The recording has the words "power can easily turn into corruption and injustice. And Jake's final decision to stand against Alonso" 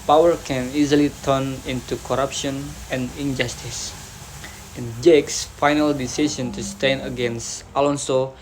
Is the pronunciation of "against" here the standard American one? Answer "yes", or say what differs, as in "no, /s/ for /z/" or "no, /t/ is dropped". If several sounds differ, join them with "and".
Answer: yes